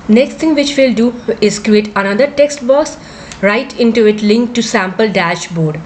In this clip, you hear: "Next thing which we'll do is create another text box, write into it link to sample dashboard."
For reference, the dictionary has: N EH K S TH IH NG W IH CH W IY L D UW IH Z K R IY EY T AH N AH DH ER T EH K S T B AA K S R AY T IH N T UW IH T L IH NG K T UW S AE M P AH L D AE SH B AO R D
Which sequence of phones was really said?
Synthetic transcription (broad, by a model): N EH K S T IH NG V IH CH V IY L D UW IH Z K R IY EY T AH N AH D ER T EH K S T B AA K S R AY T IH N T UW IH T L IH NG K T UW S AE M P AH L D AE SH B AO R D